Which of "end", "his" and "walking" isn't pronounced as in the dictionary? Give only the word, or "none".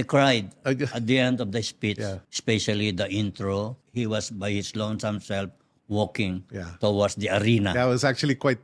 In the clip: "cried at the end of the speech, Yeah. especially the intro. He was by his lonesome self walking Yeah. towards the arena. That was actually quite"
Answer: his